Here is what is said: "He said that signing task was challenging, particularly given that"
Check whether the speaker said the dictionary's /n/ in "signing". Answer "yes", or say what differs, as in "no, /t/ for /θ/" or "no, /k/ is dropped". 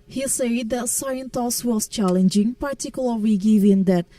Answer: no, /n/ is dropped